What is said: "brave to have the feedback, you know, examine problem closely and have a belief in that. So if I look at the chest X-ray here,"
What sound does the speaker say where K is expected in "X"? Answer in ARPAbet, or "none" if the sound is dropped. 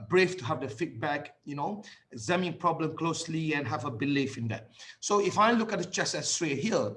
none